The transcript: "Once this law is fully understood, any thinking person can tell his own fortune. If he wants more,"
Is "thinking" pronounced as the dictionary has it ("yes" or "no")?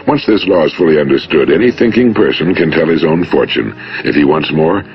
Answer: yes